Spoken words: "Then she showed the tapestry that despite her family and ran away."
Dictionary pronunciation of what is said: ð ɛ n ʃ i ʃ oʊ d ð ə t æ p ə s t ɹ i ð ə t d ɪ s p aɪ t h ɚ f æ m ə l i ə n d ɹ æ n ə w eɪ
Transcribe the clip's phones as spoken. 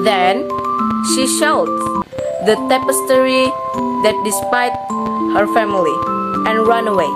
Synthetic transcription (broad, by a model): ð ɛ n ʃ i ʃ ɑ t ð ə t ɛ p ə s t ɹ i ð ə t d ɪ s p aɪ t h ɚ f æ m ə l i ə n ɹ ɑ n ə w eɪ